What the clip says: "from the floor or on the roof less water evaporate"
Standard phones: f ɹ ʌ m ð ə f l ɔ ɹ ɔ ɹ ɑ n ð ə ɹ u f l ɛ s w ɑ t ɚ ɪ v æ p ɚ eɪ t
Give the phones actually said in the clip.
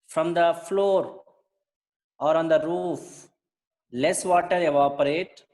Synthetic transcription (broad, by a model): f ɹ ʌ m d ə f l ɔ ɹ ɔ ɹ ɑ n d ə ɹ u f l ɛ s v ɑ t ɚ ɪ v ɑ p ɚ eɪ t